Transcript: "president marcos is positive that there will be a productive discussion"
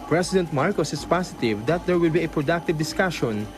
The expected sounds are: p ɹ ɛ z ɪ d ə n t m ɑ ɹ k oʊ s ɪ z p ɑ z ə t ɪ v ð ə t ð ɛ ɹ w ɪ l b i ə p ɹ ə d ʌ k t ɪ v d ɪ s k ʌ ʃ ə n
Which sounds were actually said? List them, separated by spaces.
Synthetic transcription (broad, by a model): p ɹ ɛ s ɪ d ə n t m ɑ ɹ k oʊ s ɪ s p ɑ s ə t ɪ v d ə t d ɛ ɹ w ɪ l b i ə p ɹ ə d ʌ k t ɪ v d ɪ s k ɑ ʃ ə n